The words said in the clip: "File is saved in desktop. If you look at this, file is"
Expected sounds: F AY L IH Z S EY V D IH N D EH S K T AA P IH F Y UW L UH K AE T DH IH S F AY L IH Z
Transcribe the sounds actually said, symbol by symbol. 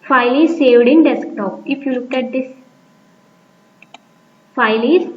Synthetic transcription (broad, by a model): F AY L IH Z S EY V D IH N D EH S K T AA P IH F Y UW L UH K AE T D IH S F AY L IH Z